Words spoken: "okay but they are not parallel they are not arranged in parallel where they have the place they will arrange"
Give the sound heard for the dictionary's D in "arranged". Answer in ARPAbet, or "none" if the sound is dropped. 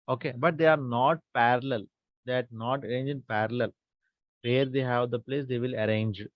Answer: none